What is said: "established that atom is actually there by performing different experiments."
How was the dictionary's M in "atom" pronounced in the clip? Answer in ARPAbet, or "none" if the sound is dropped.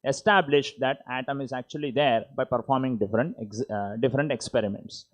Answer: M